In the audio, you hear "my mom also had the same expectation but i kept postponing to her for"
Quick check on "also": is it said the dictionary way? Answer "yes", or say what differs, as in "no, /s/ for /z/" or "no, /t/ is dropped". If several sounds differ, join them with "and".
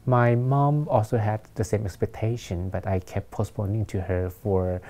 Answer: yes